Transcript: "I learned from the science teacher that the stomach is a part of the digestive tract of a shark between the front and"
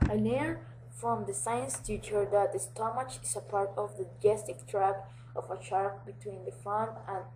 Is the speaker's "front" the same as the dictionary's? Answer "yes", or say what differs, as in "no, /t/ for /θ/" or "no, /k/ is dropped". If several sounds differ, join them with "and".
no, /ɹ/ is dropped